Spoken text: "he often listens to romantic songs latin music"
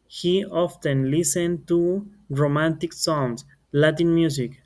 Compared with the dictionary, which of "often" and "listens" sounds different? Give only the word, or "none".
listens